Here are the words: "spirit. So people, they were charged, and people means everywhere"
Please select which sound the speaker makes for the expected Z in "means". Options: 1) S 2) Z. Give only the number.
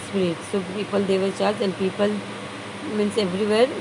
1